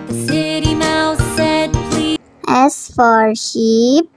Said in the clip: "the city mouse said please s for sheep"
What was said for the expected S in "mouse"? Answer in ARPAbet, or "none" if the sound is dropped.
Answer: TH